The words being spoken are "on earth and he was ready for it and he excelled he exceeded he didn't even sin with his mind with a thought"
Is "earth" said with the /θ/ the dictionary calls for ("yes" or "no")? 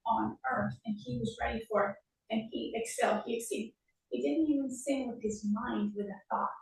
yes